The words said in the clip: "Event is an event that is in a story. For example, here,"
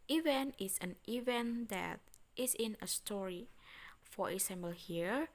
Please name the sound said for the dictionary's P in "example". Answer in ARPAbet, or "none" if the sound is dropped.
B